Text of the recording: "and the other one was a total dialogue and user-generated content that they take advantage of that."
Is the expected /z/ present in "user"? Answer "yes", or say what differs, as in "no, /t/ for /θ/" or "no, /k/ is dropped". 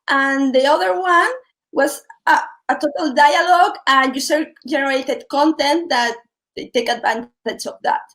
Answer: no, /s/ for /z/